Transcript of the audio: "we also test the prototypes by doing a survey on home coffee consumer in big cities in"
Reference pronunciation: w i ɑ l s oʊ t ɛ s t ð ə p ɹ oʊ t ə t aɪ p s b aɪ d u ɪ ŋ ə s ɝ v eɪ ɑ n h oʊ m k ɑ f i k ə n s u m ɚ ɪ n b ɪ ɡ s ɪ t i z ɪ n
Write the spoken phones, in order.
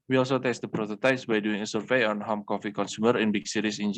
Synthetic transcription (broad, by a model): w i ɑ l s oʊ t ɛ s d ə p ɹ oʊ t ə t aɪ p s b aɪ d u ɪ ŋ ə s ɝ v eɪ ɑ n h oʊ m k ɑ f i k ə n s u m ɚ ɪ n b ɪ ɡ s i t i s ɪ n